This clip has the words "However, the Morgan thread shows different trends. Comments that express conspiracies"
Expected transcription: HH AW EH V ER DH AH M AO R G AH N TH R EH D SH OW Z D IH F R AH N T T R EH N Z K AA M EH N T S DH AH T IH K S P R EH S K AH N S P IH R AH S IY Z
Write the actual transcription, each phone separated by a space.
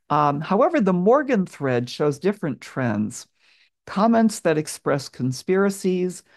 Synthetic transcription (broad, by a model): HH AW EH V ER DH AH M AO R G AH N TH R EH D SH OW Z D IH F R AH N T T R EH N Z K AA M EH N T S DH AH T IH K S P R EH S K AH N S P IH R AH S IY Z